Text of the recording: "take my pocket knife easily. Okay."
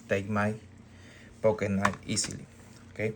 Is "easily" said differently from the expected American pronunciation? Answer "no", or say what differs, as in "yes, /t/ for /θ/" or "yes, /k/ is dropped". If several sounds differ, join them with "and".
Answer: yes, /s/ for /z/